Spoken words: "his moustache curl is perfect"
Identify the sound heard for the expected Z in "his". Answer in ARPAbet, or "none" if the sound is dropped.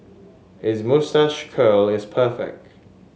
Z